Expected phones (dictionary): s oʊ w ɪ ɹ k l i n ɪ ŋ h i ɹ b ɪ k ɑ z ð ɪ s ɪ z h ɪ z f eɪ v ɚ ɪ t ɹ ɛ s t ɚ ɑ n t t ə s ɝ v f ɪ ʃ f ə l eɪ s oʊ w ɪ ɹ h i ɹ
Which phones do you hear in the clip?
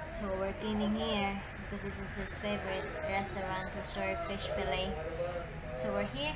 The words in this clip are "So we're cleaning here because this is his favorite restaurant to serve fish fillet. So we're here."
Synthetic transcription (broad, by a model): s oʊ w ɪ ɹ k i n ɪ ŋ h i ɹ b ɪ k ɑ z ð ɪ s ɪ z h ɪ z f eɪ v ɚ ɪ t ɹ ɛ s t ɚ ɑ n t t ə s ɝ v f ɪ ʃ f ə l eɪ s oʊ w ɪ ɹ h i ɹ